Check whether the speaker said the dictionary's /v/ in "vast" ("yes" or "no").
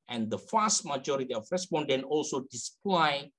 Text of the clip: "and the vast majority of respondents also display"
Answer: no